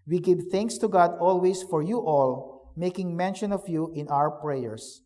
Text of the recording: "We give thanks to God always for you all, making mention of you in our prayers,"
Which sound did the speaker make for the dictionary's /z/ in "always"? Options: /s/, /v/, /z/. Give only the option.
/s/